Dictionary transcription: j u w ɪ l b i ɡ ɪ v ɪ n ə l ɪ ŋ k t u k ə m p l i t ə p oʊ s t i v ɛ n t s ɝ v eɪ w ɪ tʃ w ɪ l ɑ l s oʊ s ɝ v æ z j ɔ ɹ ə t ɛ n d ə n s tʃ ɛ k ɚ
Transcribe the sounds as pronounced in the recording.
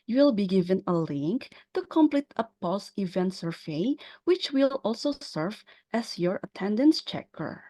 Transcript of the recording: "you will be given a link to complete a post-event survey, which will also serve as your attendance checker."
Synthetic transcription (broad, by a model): j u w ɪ l b i ɡ ɪ v ɪ n ə l ɪ ŋ k t u k ə m p l i t ə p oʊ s i v ɛ n t s ɝ v eɪ w ɪ tʃ w ɪ l ɑ l s oʊ s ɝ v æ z j ɔ ɹ ə t ɛ n d ə n s tʃ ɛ k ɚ